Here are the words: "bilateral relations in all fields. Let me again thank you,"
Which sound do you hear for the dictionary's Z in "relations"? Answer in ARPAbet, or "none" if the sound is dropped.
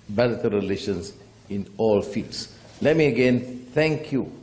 S